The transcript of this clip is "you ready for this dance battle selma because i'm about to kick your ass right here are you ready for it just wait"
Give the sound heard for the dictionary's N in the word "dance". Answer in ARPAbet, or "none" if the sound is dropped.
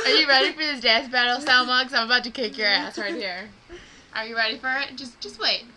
none